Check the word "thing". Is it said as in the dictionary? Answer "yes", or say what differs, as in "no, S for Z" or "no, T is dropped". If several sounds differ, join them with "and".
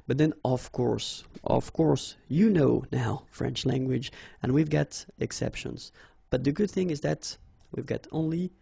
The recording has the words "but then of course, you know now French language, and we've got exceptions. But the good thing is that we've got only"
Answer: yes